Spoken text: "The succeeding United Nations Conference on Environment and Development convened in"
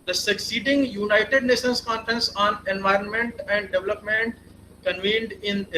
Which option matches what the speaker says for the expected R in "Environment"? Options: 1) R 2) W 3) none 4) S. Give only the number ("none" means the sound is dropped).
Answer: 1